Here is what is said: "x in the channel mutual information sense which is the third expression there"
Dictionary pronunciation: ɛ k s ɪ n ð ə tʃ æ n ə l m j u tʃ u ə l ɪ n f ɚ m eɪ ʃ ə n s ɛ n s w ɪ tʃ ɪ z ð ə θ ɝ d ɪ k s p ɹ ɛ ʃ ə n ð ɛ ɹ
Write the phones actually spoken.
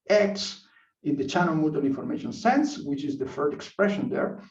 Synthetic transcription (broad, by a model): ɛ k s ɪ n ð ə tʃ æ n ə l m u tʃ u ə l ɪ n f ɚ m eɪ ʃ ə n s ɛ n s w ɪ tʃ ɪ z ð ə f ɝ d ɪ k s p ɹ ɛ ʃ ə n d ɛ ɹ